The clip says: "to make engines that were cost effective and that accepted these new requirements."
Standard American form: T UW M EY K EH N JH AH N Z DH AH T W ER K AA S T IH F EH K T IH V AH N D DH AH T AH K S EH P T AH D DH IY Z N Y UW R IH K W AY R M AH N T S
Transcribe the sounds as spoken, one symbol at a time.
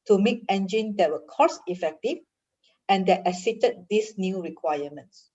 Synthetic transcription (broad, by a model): T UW M EY K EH N JH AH N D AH T W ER K AA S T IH F EH K T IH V AH N D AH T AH S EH T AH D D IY S N Y UW R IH K W AY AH M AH N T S